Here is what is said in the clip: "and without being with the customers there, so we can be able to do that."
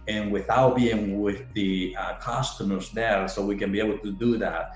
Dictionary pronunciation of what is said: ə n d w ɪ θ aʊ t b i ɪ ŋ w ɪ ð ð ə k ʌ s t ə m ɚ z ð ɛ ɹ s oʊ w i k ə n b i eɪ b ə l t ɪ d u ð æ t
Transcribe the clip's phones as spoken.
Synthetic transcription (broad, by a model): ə n w ɪ θ aʊ t b i ɪ ŋ w ɪ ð ð ə k ʌ s t ə m ɚ z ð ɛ ɹ s oʊ w i k ə n b i eɪ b l t ɪ d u ð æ t